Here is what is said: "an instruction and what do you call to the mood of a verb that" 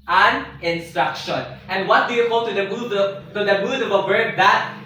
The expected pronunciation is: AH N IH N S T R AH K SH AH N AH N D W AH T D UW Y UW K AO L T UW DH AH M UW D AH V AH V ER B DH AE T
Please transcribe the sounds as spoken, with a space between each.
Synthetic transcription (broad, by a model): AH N IH N S T R AH K SH AH N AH N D W AH T D UW Y UW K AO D T UW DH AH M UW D AH V AH B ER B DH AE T